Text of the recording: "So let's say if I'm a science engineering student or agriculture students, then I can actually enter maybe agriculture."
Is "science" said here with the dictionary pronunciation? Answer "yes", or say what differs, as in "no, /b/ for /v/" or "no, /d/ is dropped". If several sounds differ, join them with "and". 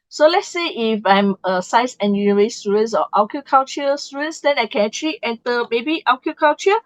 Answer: no, /n/ is dropped